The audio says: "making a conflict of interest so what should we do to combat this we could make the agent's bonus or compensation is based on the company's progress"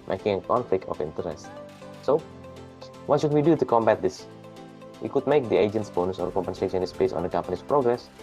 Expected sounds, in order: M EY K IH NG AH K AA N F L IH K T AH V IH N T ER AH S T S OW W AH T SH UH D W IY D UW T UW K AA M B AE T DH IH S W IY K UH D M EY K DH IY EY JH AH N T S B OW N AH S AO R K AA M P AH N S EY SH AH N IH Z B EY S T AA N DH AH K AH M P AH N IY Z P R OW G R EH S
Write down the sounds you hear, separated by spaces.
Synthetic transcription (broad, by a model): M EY K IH NG AH K AA N F L IH K T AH F IH N T ER AH S T S OW W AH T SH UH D W IY D UW T UW K AA M B AE T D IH S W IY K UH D M EY K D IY EY JH AH N T S B OW N AH S AO R K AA M P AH N S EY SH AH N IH S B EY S AA N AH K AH M P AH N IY S P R OW G R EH S